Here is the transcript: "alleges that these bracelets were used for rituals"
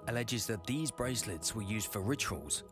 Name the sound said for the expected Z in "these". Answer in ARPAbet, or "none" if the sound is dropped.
Z